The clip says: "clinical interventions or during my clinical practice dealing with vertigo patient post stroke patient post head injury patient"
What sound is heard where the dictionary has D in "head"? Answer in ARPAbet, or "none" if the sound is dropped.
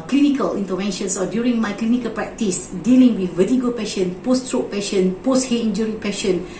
none